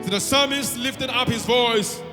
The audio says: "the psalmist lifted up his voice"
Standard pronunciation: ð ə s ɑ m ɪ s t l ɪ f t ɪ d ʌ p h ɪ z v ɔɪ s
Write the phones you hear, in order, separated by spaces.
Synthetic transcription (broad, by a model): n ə s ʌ m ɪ s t l ɪ f t ɪ d ʌ p h ɪ z v ɔɪ s